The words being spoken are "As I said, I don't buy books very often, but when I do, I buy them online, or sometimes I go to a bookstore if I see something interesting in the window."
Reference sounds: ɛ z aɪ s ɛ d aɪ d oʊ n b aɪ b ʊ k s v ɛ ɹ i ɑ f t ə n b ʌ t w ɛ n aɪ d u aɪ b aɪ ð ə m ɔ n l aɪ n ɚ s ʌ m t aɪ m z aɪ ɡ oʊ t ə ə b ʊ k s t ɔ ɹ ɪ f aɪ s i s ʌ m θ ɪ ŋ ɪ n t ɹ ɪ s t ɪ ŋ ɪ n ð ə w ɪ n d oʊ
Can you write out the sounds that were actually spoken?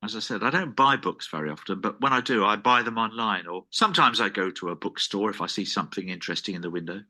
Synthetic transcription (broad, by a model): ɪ z aɪ s ɛ d aɪ d oʊ n b aɪ b ʊ k s v ɛ ɹ i ɑ f t ə n b ʌ t w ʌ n aɪ d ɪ aɪ b aɪ ð ə m ɔ n l aɪ n ɚ s ʌ m t aɪ m z aɪ ɡ oʊ t ə ə b ʊ k s t ɔ ɹ ɪ f aɪ s i s ʌ m θ ɪ ŋ ɪ n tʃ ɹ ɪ s t ɪ ŋ ɪ n ð ə w ɪ n d oʊ